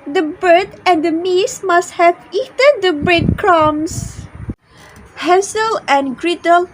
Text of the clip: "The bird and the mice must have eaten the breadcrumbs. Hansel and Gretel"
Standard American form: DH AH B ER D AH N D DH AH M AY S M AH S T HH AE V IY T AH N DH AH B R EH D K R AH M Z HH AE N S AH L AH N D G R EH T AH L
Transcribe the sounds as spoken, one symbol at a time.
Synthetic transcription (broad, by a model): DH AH B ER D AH N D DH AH M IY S M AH S T HH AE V IY T AH N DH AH B R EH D K R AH M S HH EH S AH L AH N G R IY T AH L